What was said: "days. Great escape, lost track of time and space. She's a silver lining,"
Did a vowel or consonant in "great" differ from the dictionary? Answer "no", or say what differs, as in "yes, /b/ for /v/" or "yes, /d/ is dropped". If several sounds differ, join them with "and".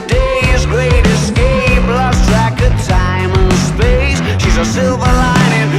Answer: no